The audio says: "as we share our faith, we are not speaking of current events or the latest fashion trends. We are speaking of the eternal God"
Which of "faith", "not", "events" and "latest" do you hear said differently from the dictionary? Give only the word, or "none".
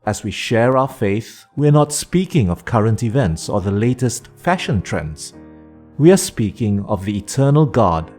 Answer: none